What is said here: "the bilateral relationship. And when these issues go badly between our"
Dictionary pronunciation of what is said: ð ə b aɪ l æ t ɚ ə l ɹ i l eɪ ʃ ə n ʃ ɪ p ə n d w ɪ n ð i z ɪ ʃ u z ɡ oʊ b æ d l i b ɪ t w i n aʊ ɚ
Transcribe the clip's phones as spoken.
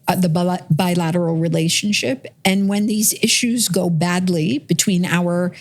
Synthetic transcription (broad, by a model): ð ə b aɪ l æ t ɚ l ɹ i l eɪ ʃ n ʃ ɪ p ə n w ɪ n ð i z ɪ ʃ u z ɡ oʊ b æ d l i b ɪ t w i n aʊ ɚ